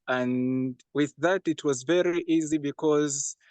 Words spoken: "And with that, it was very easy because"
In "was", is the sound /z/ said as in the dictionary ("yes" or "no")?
yes